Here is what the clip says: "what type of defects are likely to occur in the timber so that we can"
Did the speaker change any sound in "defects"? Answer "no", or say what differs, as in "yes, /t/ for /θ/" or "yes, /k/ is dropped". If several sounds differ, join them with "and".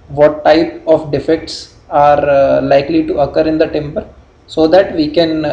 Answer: no